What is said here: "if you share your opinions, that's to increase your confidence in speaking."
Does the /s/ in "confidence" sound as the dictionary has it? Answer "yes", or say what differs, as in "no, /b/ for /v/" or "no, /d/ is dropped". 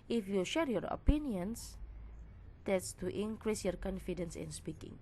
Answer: yes